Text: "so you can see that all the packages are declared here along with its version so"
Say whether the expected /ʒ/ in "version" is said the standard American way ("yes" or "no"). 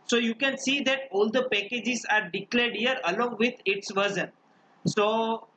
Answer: no